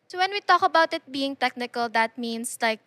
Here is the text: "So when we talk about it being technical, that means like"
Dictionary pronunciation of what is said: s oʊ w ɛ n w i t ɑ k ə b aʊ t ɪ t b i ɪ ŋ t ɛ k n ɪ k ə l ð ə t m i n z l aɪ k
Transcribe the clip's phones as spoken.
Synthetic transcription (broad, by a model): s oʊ w ɛ n w i t ɑ k ə b aʊ t ɪ t b i ɪ ŋ t ɛ k n ɪ k ə l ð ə t m i n s l aɪ k